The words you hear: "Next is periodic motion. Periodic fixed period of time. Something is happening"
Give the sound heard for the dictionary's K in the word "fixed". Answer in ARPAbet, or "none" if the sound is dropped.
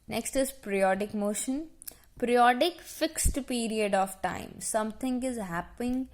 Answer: K